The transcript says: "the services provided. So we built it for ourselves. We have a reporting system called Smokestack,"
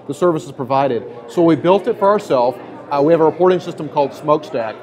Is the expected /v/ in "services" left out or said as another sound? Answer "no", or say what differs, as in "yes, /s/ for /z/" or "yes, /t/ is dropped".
no